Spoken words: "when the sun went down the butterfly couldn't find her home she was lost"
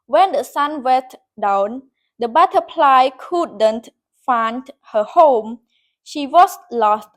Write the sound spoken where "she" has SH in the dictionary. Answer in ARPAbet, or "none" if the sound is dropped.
SH